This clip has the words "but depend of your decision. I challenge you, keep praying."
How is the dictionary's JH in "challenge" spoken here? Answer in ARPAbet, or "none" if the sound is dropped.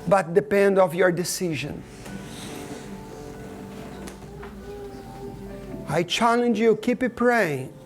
JH